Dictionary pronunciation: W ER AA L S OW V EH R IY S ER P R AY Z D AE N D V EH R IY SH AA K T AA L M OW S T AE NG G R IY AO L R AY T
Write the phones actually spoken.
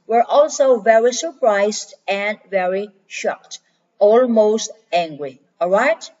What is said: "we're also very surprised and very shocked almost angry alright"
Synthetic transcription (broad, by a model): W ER AA L S OW V EH R IY S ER P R AY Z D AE N D V EH R IY SH AA K T AA L M OW S T AE NG G R IY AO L R AY T